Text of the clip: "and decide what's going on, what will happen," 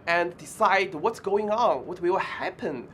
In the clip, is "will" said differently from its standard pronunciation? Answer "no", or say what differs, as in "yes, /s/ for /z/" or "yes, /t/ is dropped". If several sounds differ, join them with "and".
yes, /w/ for /l/